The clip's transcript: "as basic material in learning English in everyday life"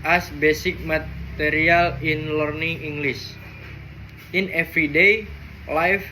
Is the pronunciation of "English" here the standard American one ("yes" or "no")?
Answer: no